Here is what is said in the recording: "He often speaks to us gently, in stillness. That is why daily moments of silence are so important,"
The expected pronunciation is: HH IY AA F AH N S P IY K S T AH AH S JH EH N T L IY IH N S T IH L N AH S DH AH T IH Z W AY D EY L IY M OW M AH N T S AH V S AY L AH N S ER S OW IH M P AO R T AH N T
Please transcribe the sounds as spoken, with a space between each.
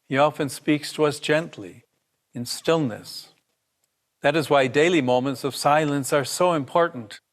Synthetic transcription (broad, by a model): HH IY AA F AH N S P IY K S T AH AH S JH EH N T L IY IH N S T IH L N AH S DH AH T IH Z W AY D EY L IY M OW M AH N T S AH V S AY L AH N S ER S OW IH M P AO R T N T